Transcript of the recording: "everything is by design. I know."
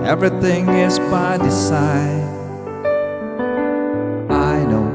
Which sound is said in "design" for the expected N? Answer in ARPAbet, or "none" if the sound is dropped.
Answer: none